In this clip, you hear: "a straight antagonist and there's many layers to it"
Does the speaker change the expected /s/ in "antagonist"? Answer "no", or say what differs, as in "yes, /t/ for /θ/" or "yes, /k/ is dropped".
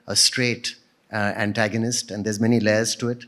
no